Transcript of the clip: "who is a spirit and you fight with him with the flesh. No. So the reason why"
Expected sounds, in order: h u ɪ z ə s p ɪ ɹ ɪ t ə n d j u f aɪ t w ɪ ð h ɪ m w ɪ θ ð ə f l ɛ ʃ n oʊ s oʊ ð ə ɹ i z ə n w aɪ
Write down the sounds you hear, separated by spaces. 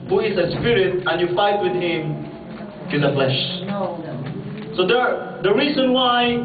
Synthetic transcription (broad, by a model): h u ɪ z ə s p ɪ ɹ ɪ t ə n j u f aɪ t w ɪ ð h ɪ m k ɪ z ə f l ɛ ʃ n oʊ s oʊ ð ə ɹ i z ə n w aɪ